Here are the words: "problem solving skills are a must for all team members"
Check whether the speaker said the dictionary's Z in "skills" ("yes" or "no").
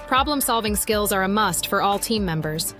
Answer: yes